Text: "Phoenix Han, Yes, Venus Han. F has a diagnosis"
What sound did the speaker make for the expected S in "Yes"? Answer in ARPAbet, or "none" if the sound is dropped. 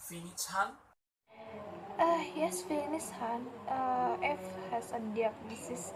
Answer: S